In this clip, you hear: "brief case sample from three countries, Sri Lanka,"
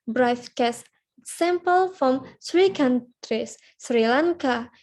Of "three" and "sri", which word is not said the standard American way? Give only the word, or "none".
three